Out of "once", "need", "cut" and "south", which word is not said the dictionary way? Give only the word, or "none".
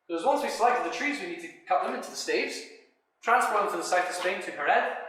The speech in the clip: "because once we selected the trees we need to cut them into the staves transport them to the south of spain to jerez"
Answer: south